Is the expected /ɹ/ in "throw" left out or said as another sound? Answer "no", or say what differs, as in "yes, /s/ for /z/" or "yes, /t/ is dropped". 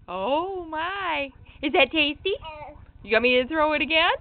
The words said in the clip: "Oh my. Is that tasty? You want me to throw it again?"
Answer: no